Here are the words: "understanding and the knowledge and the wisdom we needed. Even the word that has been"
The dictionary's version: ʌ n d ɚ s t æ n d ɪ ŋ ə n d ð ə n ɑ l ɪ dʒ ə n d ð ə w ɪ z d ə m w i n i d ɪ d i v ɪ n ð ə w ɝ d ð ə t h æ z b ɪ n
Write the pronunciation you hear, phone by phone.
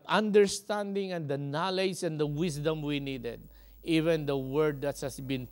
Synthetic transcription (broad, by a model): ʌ n d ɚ s t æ n d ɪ ŋ ə n d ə n ɑ l ɪ dʒ ə n d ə w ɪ s d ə m w i n i d ɪ d i v ɪ n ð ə w ɝ d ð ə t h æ s b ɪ n